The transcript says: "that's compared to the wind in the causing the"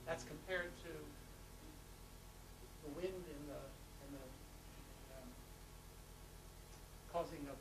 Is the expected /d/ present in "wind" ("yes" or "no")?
yes